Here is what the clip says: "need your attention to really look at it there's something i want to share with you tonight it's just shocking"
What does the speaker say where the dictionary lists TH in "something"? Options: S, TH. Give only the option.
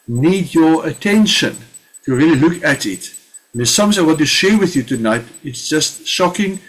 S